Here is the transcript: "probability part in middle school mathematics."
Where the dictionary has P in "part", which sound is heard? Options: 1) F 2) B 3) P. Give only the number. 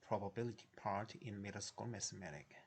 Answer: 3